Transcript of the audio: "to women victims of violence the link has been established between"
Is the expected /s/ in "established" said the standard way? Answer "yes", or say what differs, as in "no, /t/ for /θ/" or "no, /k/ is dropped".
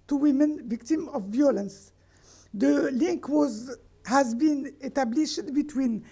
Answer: no, /s/ is dropped